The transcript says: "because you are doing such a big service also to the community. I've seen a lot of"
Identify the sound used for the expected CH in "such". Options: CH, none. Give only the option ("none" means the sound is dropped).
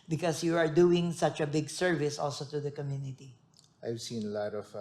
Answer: CH